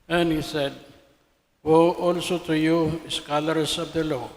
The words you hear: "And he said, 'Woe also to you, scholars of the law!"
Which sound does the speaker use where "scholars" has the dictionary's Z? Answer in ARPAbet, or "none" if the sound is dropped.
S